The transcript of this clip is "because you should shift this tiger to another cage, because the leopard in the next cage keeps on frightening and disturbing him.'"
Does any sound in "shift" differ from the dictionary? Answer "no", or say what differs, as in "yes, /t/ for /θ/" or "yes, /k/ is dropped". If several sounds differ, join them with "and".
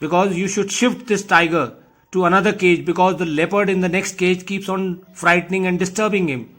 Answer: no